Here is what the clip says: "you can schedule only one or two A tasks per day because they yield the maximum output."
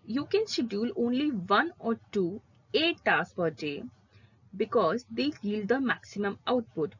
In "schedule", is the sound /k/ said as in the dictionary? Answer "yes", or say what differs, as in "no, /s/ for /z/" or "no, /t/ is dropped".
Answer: no, /k/ is dropped